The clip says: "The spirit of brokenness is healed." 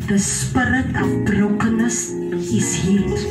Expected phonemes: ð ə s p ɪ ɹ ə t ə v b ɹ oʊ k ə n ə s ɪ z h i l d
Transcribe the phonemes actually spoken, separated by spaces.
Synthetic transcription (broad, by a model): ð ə s p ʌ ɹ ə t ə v b ɹ oʊ k ə n ə s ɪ s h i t